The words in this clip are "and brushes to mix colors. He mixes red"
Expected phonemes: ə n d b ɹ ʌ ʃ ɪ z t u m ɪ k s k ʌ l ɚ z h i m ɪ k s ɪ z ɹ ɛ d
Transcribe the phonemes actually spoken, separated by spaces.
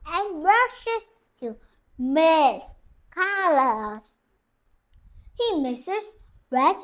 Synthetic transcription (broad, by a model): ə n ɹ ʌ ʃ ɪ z t u m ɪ s k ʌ l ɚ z h i m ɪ s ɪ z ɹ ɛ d